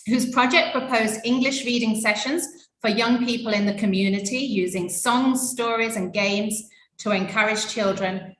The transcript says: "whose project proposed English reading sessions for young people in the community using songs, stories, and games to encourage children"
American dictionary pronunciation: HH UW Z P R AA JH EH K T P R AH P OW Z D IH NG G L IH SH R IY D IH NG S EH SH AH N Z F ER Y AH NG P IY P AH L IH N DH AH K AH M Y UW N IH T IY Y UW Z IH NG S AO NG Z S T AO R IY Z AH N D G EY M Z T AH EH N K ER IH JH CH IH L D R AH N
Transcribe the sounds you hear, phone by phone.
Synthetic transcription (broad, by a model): HH UW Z P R AA JH EH K P R AH P OW Z D IH NG G L IH SH R IY D IH NG S EH SH AH N Z F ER Y AH NG P IY P AH L IH N DH AH K AH M Y UW N IH T IY Y UW Z IH NG S AO NG Z S T AO R IY Z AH N G EY M Z T AH EH N K ER IH JH CH IH L D R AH N